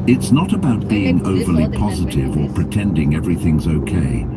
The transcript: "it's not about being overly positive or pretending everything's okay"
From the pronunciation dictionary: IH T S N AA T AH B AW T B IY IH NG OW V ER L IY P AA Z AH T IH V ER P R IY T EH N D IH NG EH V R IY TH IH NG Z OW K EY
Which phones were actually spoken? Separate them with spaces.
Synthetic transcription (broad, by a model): IH T S N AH T AH B AW T B IY IH NG OW V ER L IY P AA Z AH T IH V ER P R IY T EH N D IH NG EH V R IY TH IH NG Z OW K EY